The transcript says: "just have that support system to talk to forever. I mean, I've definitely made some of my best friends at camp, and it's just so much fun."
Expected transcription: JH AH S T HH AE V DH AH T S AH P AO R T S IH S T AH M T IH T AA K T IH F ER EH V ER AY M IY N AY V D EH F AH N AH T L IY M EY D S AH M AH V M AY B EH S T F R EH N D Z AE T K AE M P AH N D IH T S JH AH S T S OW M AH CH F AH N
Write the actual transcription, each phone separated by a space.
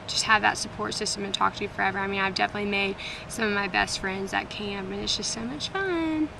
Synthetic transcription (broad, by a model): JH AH S T HH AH V DH AH T S AH P AO R T S IH S T AH M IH T AA K T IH F ER EH V ER AY M IY N AY V D EH F AH N AH T L IY M EY D S AH M AH V M AY B EH S T F R EH N D Z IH T K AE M AH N IH T S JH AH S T S OW M AH CH F AH N